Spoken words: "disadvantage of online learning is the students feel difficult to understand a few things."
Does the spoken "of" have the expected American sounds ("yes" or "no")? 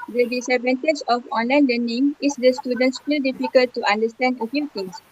no